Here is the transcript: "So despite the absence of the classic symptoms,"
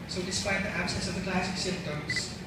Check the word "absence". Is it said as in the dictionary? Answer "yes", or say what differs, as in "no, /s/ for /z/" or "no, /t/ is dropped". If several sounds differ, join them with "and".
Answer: no, /n/ is dropped